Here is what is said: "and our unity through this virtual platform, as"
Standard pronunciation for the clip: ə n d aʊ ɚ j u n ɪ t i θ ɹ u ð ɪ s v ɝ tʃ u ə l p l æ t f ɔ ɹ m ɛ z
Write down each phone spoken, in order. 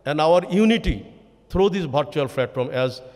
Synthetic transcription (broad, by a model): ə n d aʊ ɚ j u n ɪ t i t ɹ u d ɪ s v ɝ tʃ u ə l f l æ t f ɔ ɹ m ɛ z